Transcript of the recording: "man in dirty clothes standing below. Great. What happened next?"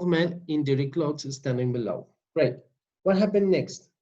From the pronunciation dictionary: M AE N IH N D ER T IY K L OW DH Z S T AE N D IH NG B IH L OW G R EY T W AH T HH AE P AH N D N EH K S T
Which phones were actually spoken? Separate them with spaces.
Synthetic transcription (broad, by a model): M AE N IH N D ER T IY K L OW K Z S T AE N D IH NG B IH L OW G R EY T W AH T HH AE P AH N D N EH K S T